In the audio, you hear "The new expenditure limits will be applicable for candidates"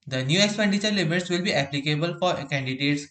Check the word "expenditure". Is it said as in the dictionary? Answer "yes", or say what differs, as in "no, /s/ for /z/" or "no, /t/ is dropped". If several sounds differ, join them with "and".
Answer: yes